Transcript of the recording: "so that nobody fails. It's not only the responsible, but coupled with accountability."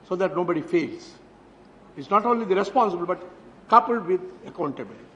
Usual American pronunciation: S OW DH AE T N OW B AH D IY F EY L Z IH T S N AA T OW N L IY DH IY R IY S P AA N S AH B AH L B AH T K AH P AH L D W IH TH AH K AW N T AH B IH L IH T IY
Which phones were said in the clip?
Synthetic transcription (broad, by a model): S OW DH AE T N OW B AH D IY F EY L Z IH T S N AA T OW N L IY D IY R IY S P AA N S AH B AH L B AH T K AH P AH L D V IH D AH K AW N T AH B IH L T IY